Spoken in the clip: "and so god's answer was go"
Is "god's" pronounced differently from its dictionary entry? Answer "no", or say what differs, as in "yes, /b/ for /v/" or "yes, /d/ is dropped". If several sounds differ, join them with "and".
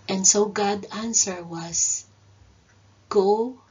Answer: yes, /z/ is dropped